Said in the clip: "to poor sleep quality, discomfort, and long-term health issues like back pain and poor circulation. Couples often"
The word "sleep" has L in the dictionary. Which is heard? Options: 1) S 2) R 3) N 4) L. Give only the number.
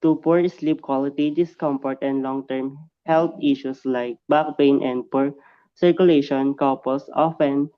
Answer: 4